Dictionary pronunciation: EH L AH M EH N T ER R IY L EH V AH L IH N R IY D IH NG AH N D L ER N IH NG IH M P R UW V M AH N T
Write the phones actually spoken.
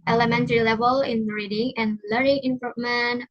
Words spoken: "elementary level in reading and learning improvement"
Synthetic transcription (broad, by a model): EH L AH M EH N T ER R IY L EH V AH L IH N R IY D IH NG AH N L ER IH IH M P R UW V M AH N